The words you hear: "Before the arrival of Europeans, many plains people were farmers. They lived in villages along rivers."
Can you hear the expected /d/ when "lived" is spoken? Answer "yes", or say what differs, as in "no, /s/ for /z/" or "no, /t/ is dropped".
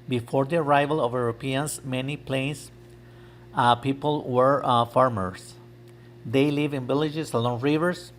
no, /d/ is dropped